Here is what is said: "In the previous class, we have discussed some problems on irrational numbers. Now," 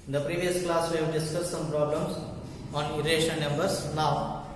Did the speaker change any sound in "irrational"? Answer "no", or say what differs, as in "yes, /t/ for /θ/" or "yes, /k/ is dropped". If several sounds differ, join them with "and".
yes, /n/ is dropped